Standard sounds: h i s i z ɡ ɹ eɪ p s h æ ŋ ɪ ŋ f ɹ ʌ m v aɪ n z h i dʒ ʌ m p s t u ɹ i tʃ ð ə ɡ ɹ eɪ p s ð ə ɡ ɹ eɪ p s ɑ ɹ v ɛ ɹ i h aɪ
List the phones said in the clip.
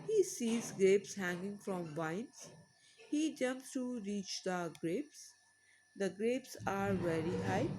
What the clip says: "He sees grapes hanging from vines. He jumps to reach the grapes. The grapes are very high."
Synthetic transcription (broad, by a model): h i s i z ɡ ɹ eɪ p s h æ ŋ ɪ ŋ f ɹ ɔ m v aɪ n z h i dʒ ʌ m p s t u ɹ i tʃ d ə ɡ ɹ eɪ p s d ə ɡ ɹ eɪ p s ɑ ɹ v ɛ ɹ i h aɪ